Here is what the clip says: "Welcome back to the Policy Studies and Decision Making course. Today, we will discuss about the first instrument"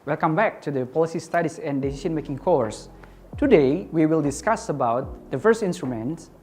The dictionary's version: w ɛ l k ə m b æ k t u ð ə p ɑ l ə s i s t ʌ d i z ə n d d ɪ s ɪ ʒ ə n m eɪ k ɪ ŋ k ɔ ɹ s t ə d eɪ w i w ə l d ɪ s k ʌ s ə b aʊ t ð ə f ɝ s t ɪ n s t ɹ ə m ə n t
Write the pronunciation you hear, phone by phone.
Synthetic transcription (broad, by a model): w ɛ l k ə m b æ k t u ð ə p ɑ l ə s i s t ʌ d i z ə n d d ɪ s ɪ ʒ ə n m eɪ k ɪ ŋ k ɔ ɹ s t ə d eɪ w i w ə l d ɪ s k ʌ s ə b aʊ t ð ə f ɝ s t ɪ n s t ɹ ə m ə n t